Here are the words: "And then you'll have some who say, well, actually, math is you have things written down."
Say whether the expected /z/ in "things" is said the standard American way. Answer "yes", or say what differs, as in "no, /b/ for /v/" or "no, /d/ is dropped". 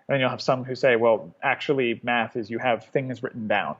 yes